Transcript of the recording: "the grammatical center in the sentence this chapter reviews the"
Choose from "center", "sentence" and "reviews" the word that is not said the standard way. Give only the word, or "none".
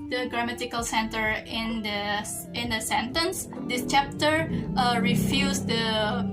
reviews